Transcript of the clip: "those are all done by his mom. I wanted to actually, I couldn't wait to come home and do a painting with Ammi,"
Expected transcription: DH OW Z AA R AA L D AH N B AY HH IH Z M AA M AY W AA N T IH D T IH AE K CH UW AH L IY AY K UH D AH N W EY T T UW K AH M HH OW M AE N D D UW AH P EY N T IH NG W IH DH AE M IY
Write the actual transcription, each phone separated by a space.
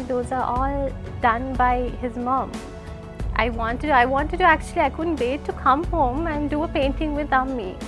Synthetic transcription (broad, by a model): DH OW Z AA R AA L D AH N B AY HH IH Z M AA M AY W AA N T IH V T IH AE K CH UW AH L IY AY K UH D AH N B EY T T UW K AH M HH OW M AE N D D UW AH P EY N T IH NG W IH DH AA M IY